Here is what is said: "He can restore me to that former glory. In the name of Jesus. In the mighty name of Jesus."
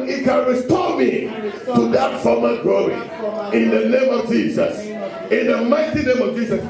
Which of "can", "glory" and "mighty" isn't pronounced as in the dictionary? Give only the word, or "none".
glory